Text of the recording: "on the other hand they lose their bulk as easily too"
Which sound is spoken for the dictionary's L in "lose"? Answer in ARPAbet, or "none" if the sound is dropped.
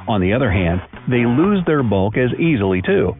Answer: L